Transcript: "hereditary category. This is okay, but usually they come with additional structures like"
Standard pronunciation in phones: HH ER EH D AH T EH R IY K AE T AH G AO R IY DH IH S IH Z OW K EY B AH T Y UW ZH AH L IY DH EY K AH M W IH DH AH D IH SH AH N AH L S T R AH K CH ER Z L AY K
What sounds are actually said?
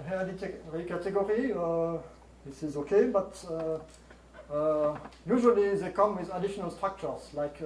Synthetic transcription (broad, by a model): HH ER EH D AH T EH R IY K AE T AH G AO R IY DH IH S IH Z OW K EY B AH T Y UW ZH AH L IY DH EY K AH M W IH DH AH D IH SH AH N AH L S T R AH K CH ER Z L AY K